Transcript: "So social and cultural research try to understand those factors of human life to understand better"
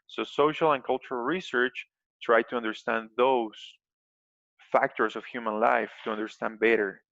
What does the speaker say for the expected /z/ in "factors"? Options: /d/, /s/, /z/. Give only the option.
/s/